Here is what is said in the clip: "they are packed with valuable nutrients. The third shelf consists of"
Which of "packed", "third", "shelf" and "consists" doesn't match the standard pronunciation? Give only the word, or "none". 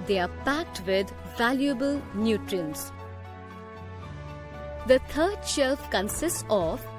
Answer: third